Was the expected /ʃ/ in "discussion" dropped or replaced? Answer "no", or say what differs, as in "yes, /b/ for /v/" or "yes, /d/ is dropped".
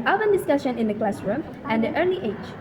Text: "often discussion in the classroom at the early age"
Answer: no